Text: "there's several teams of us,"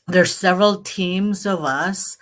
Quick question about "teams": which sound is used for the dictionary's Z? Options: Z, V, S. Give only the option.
Z